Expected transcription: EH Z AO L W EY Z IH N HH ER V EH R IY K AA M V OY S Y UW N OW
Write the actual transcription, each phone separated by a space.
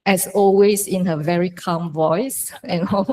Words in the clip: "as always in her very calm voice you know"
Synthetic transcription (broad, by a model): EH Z AO L W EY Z IH N HH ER V EH R IY K AA M V OY S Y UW N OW